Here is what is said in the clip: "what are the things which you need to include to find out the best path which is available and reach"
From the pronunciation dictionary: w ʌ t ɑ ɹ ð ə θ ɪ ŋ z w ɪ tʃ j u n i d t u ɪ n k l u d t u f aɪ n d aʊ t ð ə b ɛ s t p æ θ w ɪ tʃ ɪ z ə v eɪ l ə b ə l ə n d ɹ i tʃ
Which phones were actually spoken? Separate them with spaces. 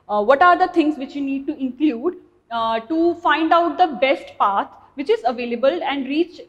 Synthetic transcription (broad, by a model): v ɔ t ɑ ɹ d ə t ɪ ŋ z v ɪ tʃ j u n i d t u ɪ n k l u d t u f aɪ n d aʊ t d ə b ɛ s t p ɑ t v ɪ tʃ ɪ z ə v eɪ l ə b ə l ə n d ɹ i tʃ